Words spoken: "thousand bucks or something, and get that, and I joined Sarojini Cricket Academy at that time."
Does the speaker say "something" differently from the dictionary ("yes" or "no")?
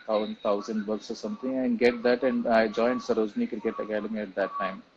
yes